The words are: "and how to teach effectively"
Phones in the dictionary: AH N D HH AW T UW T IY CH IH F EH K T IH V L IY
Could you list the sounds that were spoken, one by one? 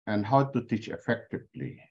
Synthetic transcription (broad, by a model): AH N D HH AW T UW T IY CH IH F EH K T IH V L IY